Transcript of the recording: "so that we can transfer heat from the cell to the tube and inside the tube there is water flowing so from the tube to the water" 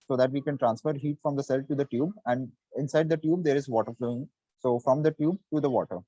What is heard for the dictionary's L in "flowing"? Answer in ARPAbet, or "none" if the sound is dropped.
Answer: L